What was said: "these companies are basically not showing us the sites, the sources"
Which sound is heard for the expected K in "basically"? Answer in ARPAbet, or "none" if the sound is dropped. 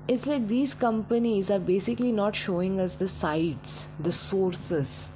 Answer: K